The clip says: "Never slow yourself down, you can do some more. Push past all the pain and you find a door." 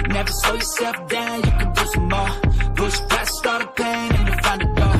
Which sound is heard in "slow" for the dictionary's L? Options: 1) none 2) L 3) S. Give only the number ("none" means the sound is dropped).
1